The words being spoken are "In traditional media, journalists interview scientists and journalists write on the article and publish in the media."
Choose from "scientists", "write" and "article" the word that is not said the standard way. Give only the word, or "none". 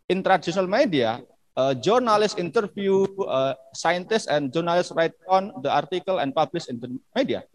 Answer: none